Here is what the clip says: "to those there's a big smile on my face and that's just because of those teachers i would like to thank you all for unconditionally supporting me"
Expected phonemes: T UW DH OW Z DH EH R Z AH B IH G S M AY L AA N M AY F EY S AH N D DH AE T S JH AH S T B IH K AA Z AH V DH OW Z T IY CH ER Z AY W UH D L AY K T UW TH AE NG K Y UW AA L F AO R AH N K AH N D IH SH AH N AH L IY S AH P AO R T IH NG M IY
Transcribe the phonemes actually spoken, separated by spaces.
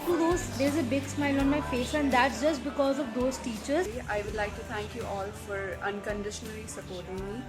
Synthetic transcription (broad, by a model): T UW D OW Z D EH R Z AH B IH G S M AY L AA N M AY F EY S AH N D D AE T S JH AH S T B IH K AA Z AH V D OW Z T IY CH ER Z AY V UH D L AY K T UW T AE NG K Y UW AA L F AO R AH N K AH N D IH SH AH N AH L IY S AH P AO R T IH NG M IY